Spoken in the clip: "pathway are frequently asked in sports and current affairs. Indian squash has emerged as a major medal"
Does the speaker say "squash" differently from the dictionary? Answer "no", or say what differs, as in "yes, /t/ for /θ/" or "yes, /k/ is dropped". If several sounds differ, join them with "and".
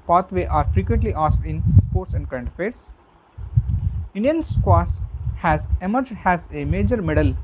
yes, /s/ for /ʃ/